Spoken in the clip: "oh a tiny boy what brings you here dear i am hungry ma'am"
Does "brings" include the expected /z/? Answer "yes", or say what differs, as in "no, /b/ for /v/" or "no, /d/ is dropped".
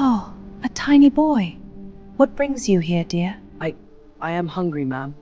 yes